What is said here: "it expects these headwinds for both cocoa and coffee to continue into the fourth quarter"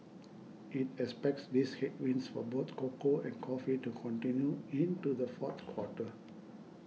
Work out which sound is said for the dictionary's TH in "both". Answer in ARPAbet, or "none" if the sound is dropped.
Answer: T